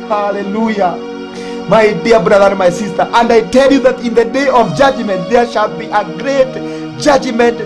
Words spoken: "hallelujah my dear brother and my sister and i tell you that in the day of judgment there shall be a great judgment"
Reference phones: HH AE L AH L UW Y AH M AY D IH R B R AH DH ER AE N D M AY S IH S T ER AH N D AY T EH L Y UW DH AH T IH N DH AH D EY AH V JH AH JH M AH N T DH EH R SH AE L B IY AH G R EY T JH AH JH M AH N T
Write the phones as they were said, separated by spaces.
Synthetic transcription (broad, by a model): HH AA L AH L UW Y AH M AY D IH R B R AH DH ER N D M AY S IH S T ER AH N D AY T EH L Y UW DH AH T IH N DH AH D EY AH V JH AH JH M AH N T DH EH R SH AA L B IY AH G R EY T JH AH JH M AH N T